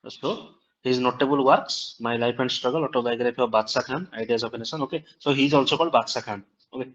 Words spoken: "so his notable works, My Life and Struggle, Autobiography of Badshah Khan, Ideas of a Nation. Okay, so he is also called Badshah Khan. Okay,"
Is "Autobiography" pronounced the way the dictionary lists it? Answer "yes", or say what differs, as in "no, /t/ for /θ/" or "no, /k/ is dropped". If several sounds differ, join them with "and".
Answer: no, /p/ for /f/